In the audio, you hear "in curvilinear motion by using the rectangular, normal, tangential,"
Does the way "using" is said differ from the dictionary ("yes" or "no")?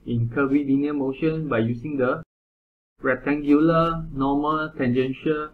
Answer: yes